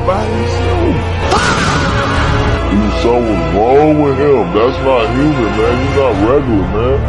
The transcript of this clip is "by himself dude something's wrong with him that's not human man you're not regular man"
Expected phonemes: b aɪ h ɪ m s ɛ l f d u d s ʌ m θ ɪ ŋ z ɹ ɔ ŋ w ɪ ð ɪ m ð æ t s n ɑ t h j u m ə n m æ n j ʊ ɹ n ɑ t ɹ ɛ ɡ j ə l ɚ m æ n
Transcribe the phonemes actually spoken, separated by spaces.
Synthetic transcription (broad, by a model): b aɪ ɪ s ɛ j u s ʌ m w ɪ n ɹ ɔ ŋ w ɪ ð ɪ m ð æ t s n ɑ t h j u m ə n m æ n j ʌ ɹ n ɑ t ɹ ɛ ɡ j l ɚ m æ n